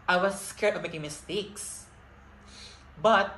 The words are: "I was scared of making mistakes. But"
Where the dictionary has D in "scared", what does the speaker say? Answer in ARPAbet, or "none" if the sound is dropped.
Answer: none